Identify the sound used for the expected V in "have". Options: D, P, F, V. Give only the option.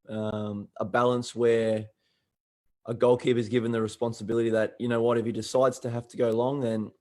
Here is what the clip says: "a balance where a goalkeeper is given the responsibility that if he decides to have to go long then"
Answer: F